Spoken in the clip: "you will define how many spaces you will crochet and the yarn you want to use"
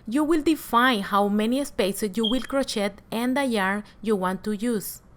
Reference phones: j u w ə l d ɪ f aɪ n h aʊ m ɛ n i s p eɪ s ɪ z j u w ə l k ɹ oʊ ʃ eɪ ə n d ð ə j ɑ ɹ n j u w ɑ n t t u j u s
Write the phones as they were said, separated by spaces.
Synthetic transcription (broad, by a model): j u w ə l d ɪ f aɪ n h aʊ m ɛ n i s p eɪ s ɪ s j u w ə l k ɹ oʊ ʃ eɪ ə n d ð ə j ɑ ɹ j u w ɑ n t t u j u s